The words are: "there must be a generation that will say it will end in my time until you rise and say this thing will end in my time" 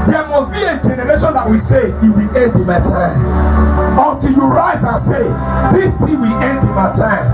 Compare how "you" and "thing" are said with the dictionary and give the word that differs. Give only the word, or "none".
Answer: thing